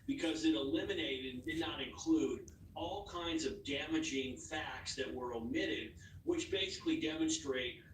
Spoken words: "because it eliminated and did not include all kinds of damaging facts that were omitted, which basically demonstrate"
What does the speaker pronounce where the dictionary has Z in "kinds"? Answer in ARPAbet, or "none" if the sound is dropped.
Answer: Z